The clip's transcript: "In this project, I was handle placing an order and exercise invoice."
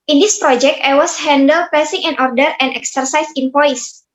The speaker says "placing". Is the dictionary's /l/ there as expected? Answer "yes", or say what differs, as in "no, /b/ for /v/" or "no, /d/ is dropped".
no, /l/ is dropped